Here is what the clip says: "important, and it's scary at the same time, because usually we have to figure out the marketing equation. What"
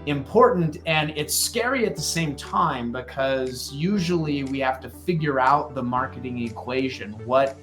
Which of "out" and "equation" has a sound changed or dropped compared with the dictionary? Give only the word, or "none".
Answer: none